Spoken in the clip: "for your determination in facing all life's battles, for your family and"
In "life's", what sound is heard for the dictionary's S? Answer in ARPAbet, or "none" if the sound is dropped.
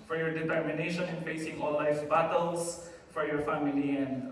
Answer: none